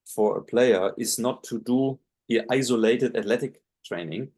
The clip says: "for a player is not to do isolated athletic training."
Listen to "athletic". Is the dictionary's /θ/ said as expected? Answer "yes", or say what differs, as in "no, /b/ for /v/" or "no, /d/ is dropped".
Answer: no, /t/ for /θ/